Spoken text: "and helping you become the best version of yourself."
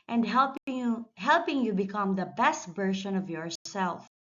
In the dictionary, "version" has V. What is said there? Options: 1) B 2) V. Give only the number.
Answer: 1